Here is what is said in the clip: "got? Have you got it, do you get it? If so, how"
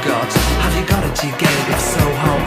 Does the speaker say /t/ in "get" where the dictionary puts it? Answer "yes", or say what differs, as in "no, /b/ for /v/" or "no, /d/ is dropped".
no, /t/ is dropped